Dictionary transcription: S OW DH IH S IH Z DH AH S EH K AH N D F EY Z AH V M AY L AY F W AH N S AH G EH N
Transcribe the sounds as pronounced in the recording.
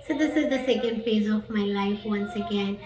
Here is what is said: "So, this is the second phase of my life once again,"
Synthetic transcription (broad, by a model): S OW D IH S IH Z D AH S EH K AH N D F EY Z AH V M AY L AY F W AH N S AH G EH N